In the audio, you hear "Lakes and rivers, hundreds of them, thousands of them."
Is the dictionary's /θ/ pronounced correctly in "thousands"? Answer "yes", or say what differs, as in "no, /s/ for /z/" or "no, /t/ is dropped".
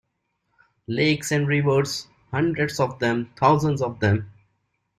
no, /t/ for /θ/